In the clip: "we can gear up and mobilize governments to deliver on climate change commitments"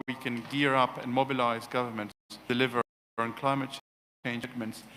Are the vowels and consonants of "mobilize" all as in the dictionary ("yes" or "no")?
yes